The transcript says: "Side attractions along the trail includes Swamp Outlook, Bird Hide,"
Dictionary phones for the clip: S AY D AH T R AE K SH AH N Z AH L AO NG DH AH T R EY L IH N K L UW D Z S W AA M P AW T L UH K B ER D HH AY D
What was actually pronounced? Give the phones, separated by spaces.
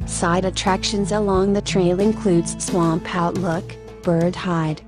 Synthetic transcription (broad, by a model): S AY D AH T R AE K SH AH N Z AH L AO NG DH AH T R EY L IH N K L UW D Z S W AA M P AW T L UH K B ER D HH AY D